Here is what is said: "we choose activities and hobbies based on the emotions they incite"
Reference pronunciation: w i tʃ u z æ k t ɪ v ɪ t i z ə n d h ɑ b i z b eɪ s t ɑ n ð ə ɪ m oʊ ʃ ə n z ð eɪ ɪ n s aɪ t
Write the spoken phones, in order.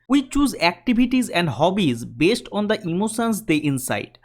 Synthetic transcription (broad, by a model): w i tʃ u z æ k t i b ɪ t i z ə n d h ɑ b i z b eɪ s t ɑ n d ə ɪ m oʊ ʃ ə n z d eɪ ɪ n s aɪ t